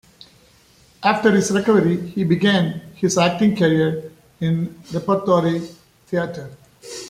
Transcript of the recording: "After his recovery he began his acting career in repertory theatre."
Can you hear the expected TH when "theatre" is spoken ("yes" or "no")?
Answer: no